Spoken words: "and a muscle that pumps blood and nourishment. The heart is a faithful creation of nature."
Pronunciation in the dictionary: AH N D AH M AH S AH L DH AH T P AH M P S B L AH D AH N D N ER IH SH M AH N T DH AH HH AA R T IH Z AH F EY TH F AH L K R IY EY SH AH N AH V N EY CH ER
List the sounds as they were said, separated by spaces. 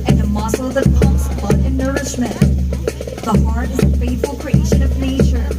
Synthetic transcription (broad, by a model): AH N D AH M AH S L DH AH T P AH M S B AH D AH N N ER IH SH M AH N T DH AH HH AA R T IH Z AH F EY T F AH L K R IY EY SH AH N AH V N EY CH ER